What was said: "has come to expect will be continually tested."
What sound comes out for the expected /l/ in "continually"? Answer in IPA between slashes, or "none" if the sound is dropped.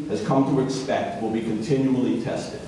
/l/